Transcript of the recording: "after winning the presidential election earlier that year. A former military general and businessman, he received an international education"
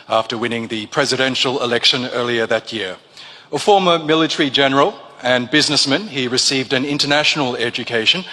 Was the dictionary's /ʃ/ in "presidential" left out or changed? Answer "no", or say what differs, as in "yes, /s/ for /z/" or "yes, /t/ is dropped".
no